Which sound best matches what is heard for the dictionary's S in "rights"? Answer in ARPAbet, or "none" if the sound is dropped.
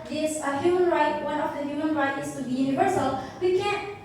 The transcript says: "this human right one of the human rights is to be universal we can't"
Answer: none